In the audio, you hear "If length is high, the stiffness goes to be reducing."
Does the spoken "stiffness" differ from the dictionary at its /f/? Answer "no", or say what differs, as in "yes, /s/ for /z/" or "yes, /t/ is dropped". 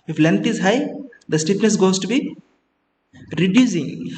yes, /p/ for /f/